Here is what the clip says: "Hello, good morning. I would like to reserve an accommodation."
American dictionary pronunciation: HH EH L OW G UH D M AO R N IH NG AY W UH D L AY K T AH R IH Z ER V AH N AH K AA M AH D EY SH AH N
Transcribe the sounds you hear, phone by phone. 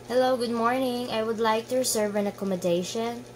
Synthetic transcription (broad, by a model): HH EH L OW G UH D M AO R N IH NG AY W UH D L AY K T AH R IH S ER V AH N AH K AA M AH D EY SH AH N